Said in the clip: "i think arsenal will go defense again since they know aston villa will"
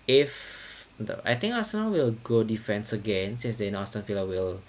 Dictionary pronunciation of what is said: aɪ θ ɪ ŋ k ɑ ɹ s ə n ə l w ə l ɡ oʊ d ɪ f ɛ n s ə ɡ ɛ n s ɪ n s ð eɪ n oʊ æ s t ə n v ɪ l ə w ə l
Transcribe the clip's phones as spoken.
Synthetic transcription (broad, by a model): aɪ t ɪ ŋ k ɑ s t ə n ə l w ə l ɡ oʊ d ɪ f ɛ n s ə ɡ ɛ n s ɪ n s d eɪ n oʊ s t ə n f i l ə w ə l